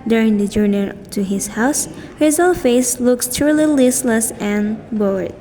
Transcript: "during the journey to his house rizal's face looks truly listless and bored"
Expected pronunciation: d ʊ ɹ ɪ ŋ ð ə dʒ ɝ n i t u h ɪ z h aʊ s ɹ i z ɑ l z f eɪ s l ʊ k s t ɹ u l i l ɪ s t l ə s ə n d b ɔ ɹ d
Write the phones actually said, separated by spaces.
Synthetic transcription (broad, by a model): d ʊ ɹ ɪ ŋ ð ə dʒ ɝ n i t u h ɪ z h aʊ s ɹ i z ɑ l f eɪ s l ʊ k s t u l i l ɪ s l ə s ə n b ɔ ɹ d